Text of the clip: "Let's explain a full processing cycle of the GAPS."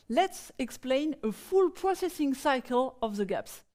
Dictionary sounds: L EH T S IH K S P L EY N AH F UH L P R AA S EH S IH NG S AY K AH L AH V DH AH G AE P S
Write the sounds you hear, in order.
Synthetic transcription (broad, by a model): L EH T S IH K S P L EY N AH F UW L P R AA S EH S IH NG S AY K AH L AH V DH AH G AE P S